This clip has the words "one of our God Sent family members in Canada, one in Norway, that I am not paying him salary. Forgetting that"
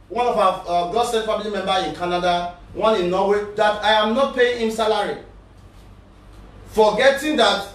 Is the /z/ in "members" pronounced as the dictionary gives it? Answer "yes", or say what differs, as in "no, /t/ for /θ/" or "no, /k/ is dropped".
no, /z/ is dropped